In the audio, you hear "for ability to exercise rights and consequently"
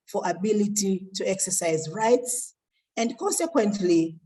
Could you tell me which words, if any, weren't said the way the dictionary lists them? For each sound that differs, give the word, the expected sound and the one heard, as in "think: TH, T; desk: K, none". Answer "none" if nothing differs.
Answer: none